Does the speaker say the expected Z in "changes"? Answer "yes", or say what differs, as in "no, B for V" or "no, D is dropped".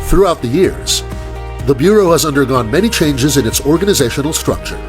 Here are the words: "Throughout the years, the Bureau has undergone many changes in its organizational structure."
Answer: yes